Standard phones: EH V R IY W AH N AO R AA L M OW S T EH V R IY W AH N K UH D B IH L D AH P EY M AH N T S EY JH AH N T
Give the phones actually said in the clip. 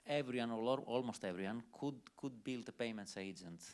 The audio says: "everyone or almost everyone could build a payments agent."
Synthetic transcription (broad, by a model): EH V R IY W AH N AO L AA L M OW S T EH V R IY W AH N K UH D B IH L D AH P EY M AH N T S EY JH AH N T